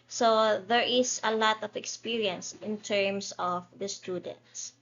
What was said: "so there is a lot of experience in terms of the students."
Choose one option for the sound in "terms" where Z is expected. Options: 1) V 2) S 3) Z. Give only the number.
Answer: 2